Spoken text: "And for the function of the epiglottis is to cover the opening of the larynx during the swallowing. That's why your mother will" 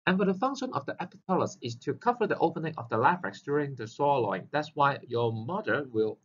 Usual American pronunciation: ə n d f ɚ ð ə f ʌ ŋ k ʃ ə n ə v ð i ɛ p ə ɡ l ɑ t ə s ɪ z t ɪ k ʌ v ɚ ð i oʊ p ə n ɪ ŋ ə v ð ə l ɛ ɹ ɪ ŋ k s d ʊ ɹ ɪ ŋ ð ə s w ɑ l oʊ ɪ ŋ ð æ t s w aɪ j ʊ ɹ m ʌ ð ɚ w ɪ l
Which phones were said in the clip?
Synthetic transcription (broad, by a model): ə n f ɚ ð ə f ʌ ŋ k ʃ ə n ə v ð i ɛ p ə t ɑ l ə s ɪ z t ɪ k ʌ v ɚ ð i oʊ p ə n ɪ ŋ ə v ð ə l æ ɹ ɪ k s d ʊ ɹ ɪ ŋ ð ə s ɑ l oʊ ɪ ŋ ð æ t s w aɪ j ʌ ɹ m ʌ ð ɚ w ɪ l